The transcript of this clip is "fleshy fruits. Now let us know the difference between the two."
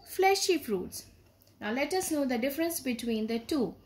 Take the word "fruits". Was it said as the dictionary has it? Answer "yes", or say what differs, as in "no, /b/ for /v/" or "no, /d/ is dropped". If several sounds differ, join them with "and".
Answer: no, /p/ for /f/